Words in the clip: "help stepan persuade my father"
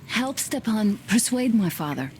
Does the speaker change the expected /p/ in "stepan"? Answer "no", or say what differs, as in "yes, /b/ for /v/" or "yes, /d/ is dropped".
no